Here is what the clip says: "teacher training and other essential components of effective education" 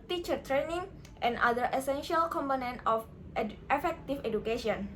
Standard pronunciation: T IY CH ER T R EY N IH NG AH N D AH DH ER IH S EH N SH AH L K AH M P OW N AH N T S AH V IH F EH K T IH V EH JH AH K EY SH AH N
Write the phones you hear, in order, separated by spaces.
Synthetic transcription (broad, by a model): T IY CH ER T R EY N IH NG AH N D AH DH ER IH S EH N SH AH L K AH M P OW N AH N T AH F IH F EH K T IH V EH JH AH K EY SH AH N